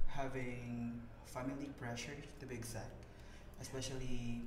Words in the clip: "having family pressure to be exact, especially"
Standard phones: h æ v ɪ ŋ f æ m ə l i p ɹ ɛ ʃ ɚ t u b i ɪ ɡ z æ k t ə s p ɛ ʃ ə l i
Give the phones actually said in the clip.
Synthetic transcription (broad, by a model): h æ v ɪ ŋ f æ m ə l i p ɹ ɛ ʃ ɚ t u b i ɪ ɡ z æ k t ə s p ɛ ʃ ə l i